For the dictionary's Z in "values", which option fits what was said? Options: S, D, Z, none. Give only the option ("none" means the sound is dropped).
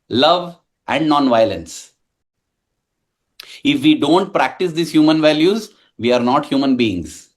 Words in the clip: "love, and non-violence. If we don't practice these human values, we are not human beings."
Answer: Z